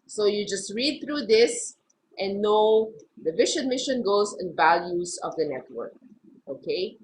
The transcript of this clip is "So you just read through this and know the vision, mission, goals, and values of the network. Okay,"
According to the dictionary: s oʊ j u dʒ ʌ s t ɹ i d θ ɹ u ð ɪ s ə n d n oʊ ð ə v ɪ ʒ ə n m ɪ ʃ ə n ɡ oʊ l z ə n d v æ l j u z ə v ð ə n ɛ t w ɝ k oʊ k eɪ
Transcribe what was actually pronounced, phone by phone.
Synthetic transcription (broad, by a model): s oʊ j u dʒ ʌ s t ɹ i d θ ɹ u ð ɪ s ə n n oʊ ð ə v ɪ ʃ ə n m ɪ ʃ ə n ɡ oʊ z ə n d v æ l j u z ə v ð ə n ɛ t w ɝ k oʊ k eɪ